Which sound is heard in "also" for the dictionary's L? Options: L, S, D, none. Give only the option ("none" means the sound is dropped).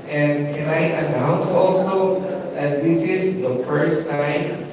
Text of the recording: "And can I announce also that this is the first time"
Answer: L